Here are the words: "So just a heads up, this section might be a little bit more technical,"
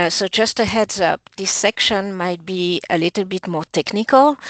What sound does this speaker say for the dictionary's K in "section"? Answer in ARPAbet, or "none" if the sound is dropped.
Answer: K